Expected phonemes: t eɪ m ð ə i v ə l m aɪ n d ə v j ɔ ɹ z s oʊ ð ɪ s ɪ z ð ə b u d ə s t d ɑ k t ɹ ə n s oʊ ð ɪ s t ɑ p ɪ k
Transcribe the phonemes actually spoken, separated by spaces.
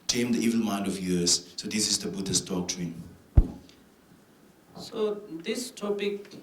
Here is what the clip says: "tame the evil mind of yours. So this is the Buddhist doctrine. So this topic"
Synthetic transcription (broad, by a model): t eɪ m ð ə i v ə l m aɪ n d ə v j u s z s oʊ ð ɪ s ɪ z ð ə b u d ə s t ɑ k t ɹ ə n s oʊ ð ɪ s t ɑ p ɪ k